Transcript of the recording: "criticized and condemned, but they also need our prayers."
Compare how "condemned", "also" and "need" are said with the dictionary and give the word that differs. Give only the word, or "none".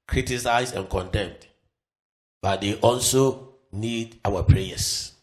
none